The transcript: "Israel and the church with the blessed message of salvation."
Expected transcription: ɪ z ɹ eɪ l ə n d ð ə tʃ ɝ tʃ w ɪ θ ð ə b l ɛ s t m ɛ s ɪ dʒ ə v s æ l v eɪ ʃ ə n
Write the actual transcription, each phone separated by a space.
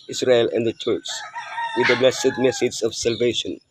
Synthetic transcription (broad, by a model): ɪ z ɹ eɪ l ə n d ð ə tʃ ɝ s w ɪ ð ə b l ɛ s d m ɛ s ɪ z ə v s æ l v eɪ ʃ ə n